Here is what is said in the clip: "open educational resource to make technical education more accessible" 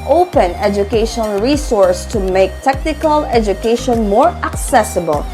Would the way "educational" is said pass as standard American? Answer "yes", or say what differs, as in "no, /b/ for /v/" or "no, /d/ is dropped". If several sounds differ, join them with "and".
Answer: no, /n/ is dropped and /n/ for /l/